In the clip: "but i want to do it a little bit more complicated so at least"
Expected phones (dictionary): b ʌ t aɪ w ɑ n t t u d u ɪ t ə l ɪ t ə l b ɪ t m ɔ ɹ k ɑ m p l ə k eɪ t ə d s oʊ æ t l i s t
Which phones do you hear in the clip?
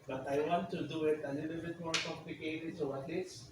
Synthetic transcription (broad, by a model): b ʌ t aɪ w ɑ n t t u d u ɪ t ə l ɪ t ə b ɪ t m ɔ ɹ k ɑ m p ə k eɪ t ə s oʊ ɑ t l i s